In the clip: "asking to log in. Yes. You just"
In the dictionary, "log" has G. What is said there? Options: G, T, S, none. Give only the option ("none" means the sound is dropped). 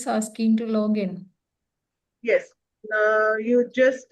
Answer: G